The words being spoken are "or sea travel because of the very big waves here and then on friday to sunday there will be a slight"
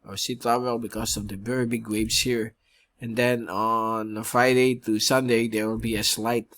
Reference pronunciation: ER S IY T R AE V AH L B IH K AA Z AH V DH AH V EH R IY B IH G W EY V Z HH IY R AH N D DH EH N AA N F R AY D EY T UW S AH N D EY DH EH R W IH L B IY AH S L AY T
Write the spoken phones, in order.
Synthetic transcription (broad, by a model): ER S IY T AA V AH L B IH K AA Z AH V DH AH V EH R IY B IH G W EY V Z HH IY R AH N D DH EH N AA N F R AY D EY T UW S AH N D EY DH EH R W IH L B IY AH S L AY T